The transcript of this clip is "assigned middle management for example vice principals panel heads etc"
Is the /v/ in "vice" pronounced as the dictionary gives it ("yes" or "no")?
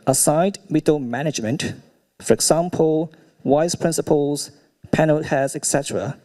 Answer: no